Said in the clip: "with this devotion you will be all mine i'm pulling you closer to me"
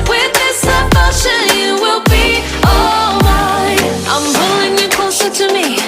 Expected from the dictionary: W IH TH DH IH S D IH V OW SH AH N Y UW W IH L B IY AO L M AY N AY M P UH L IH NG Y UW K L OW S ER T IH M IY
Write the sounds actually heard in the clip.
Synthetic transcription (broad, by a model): W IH DH IH S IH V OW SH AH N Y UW W IH L B IY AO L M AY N AY M B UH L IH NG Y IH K OW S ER T IH M IY